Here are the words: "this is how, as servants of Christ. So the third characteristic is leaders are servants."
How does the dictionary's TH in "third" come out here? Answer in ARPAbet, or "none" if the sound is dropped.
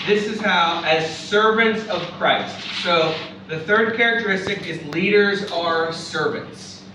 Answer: TH